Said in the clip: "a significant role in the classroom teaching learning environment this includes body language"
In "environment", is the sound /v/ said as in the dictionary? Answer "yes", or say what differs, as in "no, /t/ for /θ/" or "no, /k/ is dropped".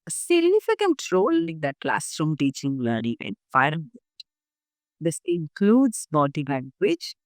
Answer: no, /f/ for /v/